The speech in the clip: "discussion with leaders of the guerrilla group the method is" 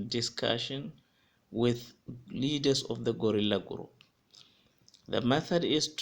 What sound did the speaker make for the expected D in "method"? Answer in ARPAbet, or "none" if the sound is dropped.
D